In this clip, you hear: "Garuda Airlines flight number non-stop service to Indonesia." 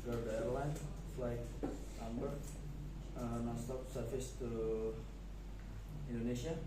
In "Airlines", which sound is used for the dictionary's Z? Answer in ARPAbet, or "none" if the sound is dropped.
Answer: none